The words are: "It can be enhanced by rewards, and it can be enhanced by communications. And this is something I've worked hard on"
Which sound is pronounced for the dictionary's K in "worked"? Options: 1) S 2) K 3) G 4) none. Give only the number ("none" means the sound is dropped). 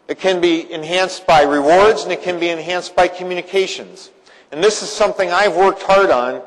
2